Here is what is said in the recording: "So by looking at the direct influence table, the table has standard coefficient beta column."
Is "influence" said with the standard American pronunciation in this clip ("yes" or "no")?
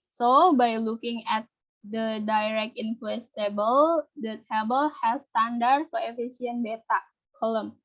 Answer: no